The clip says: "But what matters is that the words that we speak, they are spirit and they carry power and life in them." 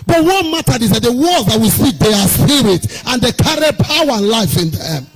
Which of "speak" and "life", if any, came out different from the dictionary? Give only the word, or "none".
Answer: speak